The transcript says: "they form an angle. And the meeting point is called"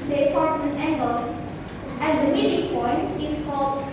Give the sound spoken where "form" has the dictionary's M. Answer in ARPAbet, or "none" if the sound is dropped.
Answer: none